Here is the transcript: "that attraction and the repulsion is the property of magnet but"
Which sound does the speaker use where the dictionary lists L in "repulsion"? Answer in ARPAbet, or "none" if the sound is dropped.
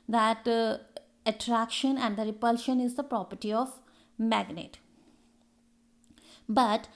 L